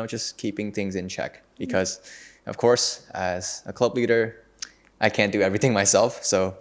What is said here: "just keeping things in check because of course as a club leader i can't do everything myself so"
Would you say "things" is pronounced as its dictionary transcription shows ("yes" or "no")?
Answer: yes